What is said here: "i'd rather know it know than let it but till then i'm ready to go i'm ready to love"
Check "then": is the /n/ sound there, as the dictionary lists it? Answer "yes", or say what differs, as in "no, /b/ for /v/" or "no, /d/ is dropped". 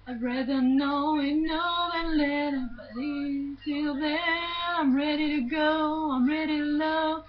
no, /n/ is dropped